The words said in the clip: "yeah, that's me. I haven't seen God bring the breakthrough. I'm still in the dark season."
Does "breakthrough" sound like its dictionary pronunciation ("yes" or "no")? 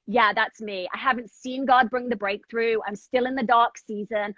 yes